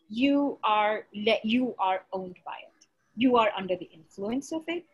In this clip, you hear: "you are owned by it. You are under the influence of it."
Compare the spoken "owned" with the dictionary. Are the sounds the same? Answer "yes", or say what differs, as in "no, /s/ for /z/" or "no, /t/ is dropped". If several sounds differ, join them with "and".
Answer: yes